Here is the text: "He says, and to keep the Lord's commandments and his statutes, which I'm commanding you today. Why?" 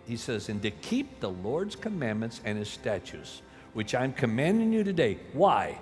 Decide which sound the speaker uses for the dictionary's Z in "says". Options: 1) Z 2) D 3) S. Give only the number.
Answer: 1